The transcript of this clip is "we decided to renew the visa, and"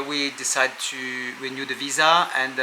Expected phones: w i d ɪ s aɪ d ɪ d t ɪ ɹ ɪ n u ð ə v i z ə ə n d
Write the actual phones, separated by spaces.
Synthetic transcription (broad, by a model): w i d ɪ s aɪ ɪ d t ɪ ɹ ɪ n u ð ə v i z ə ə n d